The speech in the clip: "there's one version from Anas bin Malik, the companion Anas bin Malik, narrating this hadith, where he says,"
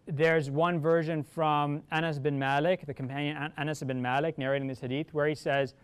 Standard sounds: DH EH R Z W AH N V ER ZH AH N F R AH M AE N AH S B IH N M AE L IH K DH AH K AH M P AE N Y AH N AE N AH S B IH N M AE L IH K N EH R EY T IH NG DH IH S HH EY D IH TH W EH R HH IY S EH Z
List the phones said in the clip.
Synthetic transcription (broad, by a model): DH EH R Z W AH N V ER ZH AH N F R AH M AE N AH S B IH N M AE L IH K DH AH K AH M P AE N Y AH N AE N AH S B IH N M AE L IH K N EH R EY T IH NG DH IH S HH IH D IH TH W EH R HH IY S EH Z